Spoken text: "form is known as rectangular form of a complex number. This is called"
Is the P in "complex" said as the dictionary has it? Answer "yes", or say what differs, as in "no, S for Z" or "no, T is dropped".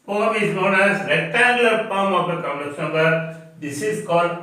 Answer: no, P is dropped